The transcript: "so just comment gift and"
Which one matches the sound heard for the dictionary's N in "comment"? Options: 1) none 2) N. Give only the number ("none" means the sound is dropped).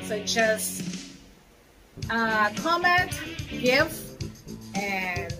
2